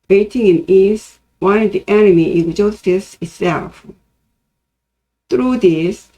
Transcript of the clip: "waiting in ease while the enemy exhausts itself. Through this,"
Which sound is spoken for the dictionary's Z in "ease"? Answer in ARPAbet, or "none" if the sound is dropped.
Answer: S